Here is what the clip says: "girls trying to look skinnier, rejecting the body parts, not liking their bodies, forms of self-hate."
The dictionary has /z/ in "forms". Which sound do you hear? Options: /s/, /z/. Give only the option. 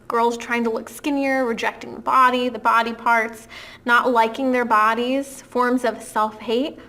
/z/